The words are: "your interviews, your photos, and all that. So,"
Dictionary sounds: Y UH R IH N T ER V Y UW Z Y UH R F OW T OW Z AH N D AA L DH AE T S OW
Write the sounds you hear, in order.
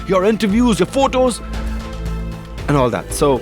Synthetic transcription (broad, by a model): Y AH R IH N T ER V Y UW Z Y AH R F OW T OW Z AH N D AA L DH AE T S OW